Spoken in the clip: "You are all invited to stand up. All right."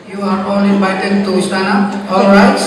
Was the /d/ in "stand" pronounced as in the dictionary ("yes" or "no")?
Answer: no